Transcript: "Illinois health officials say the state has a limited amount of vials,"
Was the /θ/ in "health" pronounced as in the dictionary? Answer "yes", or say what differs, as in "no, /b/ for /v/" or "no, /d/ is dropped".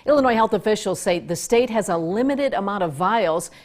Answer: yes